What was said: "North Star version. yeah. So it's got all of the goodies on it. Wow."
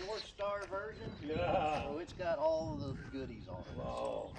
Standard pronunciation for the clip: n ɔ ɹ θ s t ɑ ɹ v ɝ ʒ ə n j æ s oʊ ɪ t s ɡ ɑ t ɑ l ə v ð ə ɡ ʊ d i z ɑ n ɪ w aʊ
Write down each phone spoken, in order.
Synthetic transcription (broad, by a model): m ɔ ɹ s t ɑ ɹ v ɝ ʒ ə n j æ s oʊ ɪ t s ɡ ɑ t ɑ l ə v ð ə ɡ ʊ d i z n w